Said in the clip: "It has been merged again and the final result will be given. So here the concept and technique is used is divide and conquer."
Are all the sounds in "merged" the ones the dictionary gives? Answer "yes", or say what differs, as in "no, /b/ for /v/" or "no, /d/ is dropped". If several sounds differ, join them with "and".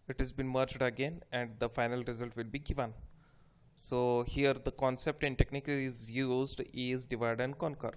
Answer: yes